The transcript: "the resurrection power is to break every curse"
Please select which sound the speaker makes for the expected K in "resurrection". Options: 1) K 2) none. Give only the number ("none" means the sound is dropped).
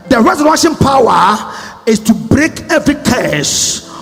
2